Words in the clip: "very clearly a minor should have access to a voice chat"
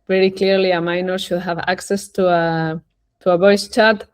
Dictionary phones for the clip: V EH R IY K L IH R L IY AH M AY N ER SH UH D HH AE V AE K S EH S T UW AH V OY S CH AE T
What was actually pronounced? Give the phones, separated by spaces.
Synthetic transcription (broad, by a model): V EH R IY K L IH R L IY AH M AY N ER SH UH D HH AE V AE K S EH S T UW AH B OY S CH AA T